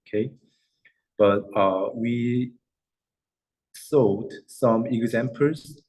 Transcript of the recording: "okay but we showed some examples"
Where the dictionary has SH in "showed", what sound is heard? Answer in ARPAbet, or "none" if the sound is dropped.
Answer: S